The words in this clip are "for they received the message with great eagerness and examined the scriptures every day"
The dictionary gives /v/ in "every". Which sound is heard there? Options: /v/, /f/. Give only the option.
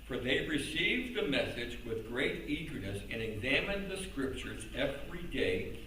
/v/